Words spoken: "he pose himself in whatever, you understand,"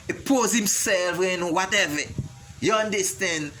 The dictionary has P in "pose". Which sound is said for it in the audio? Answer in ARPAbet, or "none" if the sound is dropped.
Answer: P